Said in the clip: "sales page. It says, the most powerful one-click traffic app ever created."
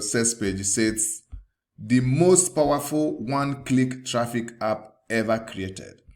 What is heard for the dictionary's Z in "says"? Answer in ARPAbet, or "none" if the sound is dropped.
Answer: S